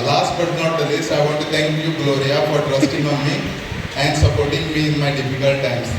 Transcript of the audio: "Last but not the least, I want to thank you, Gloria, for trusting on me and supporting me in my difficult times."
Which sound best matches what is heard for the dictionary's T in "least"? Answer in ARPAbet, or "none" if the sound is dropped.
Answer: none